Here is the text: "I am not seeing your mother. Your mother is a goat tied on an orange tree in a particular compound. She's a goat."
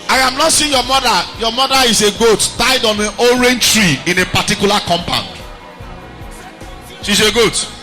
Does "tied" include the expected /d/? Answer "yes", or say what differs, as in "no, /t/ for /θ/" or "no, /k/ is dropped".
yes